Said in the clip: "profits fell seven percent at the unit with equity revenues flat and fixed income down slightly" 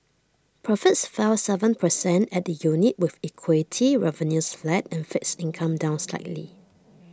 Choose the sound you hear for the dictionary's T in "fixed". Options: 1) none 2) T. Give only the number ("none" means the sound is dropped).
1